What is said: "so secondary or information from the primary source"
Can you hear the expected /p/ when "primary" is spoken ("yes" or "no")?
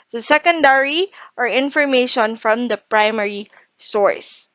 yes